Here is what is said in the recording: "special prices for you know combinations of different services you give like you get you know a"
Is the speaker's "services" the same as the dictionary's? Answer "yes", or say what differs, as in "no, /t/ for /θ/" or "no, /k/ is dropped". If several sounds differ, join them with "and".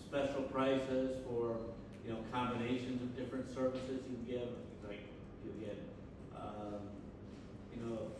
yes